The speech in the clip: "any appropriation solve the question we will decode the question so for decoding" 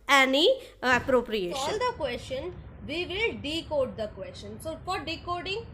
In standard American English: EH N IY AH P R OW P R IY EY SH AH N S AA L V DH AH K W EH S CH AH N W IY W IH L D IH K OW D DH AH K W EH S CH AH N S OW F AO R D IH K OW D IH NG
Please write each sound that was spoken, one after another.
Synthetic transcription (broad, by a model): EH N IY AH P R OW P R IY EY AH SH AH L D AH K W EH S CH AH N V IY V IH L D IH K OW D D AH K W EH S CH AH N S OW F AO R D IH K OW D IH NG